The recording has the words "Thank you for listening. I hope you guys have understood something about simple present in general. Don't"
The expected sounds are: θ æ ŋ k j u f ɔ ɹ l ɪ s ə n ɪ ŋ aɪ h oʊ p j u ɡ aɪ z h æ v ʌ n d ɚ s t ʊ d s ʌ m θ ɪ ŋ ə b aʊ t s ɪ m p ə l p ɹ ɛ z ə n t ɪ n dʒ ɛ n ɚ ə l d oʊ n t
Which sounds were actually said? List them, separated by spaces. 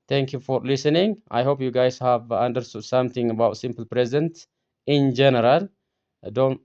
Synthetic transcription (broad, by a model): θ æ ŋ k j u f ɔ ɹ l ɪ s ə n ɪ ŋ aɪ h oʊ p j u ɡ aɪ z h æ v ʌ n d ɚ s t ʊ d s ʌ m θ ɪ ŋ ə b aʊ t s ɪ m p ə l p ɹ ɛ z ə n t ɪ n dʒ ɛ n ɚ ə l d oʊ n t